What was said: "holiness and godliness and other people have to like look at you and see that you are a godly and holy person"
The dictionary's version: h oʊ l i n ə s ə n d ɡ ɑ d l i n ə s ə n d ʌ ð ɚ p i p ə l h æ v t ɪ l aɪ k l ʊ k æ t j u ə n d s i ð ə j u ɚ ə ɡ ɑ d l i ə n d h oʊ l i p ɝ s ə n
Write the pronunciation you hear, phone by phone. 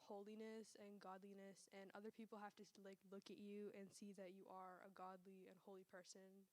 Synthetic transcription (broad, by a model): h oʊ l i n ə s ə n ɡ ɑ d l i n ə s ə n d ʌ ð ɚ p i p l h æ f t ɪ l aɪ k l ʊ k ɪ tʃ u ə n s i ð ə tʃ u ɚ ə ɡ ɑ d l i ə n h oʊ l i p ɝ s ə n